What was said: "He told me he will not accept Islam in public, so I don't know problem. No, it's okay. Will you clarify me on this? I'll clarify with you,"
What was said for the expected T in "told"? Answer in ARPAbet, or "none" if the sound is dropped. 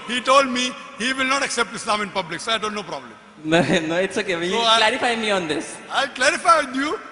T